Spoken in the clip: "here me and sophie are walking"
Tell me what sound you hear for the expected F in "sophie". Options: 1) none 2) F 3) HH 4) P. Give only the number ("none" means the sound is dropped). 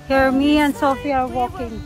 2